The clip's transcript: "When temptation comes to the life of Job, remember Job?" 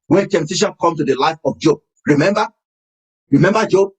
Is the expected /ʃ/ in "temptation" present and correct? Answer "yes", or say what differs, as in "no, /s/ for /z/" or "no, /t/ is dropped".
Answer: yes